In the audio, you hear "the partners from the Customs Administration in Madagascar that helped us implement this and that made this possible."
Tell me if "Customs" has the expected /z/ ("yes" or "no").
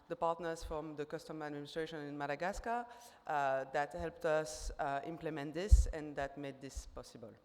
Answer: no